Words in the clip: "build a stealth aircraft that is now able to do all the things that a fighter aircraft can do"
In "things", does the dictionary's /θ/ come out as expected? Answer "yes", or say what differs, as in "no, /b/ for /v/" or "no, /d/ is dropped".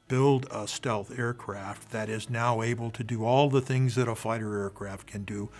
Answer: yes